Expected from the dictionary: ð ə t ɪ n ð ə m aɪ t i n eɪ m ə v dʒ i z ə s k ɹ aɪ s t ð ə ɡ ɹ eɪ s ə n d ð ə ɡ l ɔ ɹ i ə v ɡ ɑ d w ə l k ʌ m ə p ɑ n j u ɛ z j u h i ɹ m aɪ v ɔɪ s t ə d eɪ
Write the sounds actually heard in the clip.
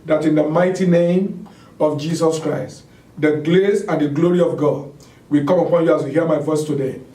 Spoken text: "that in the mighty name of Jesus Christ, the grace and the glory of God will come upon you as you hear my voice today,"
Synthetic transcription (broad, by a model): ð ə t ɪ n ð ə m aɪ t i n eɪ m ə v dʒ i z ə s k ɹ aɪ s t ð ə ɡ l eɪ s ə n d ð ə ɡ l ɔ ɹ i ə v ɡ ɑ d w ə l k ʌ m ə p ɑ n j u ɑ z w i h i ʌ m aɪ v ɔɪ s t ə d eɪ